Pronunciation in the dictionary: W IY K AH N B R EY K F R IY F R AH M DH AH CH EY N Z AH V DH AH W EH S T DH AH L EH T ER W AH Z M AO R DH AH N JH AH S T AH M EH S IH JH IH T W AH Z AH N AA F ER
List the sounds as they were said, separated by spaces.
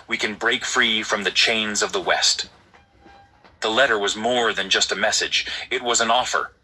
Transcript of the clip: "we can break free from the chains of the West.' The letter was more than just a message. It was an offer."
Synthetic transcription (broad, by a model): W IY K AH N B R EY K F R IY F R AH M DH AH CH EY N Z AH V DH AH W EH S T DH AH L EH T ER W AH Z M AO R DH AH N JH AH S T AH M EH S IH JH IH T W AH Z AH N AA F ER